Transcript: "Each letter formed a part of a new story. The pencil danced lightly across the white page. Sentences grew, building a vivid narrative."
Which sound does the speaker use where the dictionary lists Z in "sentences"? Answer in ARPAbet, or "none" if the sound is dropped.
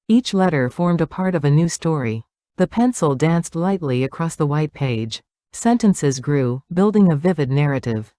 Z